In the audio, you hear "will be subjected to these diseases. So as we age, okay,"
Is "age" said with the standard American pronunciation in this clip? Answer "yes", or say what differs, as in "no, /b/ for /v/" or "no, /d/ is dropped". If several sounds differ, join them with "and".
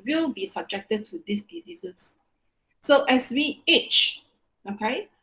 no, /tʃ/ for /dʒ/